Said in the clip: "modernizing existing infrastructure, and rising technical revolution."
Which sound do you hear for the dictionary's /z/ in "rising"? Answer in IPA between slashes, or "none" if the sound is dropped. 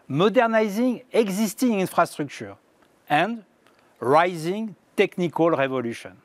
/z/